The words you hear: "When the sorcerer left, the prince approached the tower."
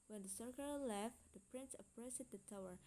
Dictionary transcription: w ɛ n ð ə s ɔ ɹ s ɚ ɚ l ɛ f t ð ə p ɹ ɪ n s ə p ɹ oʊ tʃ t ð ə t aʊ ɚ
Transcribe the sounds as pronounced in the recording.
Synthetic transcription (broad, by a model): w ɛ n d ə s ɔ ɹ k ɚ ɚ l ɛ f t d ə p ɹ ɪ n s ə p ɹ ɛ s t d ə t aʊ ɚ